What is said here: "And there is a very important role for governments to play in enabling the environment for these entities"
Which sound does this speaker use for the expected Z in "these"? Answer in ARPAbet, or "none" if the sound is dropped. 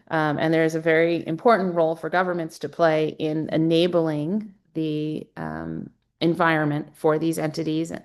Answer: Z